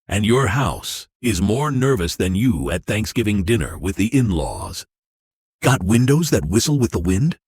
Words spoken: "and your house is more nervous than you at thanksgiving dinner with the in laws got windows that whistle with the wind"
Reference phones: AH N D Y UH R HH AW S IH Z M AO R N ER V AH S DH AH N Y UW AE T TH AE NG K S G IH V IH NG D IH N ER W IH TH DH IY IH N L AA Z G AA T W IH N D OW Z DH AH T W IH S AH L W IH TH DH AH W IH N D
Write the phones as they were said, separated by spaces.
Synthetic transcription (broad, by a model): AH N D Y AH R HH AW S IH Z M AO R N ER V AH S DH AH N Y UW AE T TH AE NG K S G IH V IH NG D IH N ER W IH DH IY IH N L AA Z G AA T W IH N D OW Z DH AH T W IH S L W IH DH AH W IH N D